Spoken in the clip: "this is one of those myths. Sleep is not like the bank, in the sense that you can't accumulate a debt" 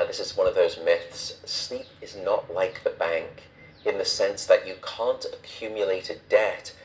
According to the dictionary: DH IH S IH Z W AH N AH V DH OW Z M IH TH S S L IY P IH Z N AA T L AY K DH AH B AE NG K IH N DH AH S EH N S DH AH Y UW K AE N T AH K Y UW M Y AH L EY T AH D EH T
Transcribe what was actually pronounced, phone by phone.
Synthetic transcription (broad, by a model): DH IH S IH Z W AH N AH V DH OW Z M IH TH S S L IY P IH Z N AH T L AY K DH AH B AE NG K IH N DH AH S EH N S DH AH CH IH K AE N T AH K Y UW M Y AH L EY T AH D EH T